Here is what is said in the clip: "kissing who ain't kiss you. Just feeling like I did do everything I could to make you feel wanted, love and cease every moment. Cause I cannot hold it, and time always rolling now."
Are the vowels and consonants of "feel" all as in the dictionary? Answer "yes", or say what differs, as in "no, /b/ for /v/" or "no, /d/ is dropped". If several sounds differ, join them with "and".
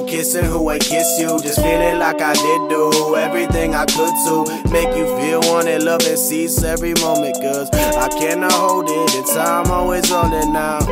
yes